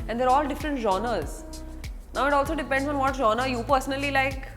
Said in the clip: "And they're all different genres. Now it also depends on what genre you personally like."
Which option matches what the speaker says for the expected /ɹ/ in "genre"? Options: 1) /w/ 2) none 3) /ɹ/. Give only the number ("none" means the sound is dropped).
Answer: 2